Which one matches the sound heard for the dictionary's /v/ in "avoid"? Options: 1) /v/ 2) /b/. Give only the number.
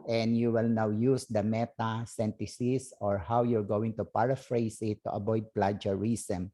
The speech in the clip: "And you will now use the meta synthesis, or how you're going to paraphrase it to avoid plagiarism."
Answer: 2